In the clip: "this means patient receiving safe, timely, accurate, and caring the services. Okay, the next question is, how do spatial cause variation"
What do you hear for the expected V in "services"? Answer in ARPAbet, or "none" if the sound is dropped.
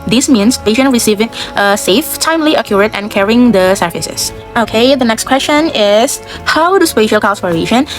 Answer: F